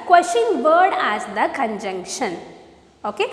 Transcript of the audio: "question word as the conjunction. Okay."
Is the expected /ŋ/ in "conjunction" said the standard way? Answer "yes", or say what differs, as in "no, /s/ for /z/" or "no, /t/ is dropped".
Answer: yes